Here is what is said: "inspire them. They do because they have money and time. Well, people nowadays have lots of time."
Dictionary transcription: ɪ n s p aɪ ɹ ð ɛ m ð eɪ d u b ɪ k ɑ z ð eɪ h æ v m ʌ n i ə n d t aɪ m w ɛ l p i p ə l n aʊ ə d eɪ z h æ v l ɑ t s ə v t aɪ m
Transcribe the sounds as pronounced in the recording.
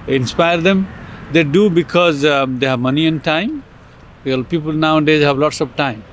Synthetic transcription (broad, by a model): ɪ n s p aɪ ɹ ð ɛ m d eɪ d u b ɪ k ɑ z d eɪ h æ v m ʌ n i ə n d t aɪ m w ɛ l p i p ə l n aʊ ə d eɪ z h æ v l ɑ t s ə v t aɪ m